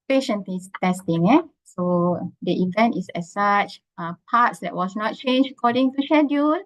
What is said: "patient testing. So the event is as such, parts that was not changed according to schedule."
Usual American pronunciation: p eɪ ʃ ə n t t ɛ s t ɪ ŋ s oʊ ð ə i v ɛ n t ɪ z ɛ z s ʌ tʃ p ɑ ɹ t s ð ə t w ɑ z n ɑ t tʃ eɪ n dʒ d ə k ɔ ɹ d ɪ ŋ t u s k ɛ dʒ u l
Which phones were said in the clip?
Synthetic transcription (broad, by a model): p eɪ ʃ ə n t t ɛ s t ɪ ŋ s oʊ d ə i v ɛ n t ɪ s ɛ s s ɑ tʃ p ɑ t s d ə t w ɑ s n ɑ t tʃ eɪ n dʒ ə k ɔ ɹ d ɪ ŋ t u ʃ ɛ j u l